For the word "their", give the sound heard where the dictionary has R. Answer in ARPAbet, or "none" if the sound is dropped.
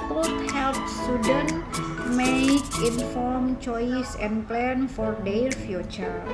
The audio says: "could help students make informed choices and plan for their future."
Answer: L